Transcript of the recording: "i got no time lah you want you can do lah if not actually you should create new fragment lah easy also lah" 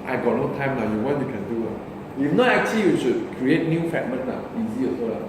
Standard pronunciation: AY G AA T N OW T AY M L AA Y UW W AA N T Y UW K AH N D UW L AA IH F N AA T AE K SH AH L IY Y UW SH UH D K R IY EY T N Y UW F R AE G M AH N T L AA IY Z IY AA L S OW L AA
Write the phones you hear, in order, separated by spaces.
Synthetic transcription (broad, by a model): AY G AA T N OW T AY M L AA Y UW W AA T Y UW K AH N D UW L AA IH F N AA T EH K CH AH L IY Y UW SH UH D K R IY EY T N Y UW F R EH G M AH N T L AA IY Z IY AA S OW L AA